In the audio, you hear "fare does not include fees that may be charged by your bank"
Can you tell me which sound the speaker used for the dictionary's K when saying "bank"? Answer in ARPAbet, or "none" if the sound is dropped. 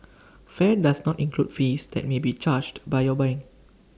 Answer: none